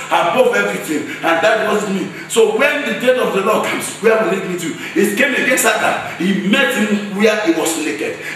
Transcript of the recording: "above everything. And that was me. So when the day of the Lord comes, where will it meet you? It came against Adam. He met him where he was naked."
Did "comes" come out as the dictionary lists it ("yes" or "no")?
no